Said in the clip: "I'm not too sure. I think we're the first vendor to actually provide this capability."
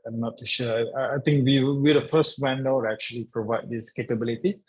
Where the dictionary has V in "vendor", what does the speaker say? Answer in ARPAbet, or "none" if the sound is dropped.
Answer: W